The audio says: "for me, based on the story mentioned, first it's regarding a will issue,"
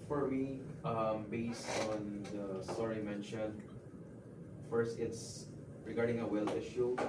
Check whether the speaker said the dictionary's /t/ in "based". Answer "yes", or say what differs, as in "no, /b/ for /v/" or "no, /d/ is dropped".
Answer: yes